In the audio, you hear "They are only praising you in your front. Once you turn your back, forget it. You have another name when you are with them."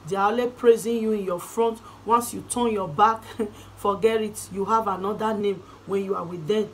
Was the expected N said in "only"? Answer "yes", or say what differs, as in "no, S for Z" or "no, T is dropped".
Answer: no, N is dropped